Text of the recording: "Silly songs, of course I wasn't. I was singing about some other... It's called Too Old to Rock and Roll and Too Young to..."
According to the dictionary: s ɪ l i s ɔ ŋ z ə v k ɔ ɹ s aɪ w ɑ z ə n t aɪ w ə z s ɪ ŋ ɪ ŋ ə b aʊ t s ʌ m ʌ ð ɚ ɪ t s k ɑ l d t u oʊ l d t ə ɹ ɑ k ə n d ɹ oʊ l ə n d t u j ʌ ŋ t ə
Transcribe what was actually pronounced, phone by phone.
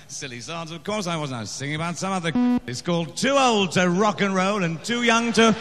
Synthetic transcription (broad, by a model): s ɪ l i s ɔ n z ə v k ɔ ɹ s aɪ w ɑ z n aɪ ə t s ɪ ŋ ɪ ŋ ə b aʊ t s ʌ m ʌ ð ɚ ɪ t s k ɑ l d t u oʊ l d t ə ɹ ɑ k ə n ɹ oʊ l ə n t u j ʌ ŋ t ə